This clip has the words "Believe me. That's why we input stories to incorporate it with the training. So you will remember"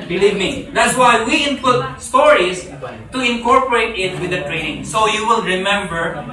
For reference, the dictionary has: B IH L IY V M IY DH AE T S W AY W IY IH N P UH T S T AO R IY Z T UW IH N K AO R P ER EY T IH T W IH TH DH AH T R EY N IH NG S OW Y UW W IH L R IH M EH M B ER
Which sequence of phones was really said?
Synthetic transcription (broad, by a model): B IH L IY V M IY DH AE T S W AY W IY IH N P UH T S T AO R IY S T UW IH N K AO R P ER EY T IH T W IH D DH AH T R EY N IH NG S OW Y UW W IH L R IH M EH M B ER